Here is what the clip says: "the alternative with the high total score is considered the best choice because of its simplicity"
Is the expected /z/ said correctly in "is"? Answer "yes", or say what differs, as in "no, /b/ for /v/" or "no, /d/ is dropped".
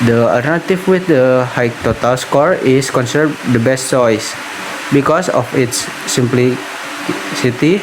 no, /s/ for /z/